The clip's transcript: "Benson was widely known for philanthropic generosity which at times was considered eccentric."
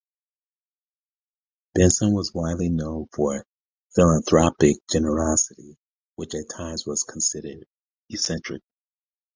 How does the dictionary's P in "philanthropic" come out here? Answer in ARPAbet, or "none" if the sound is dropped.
P